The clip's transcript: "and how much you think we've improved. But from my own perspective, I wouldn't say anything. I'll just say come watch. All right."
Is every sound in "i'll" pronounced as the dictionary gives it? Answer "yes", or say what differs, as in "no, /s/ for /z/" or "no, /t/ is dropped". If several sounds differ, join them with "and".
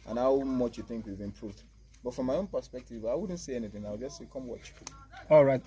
no, /w/ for /l/